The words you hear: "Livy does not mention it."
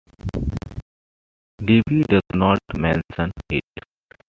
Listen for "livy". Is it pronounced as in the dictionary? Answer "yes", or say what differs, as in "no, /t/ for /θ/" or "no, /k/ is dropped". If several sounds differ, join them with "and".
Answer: no, /b/ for /v/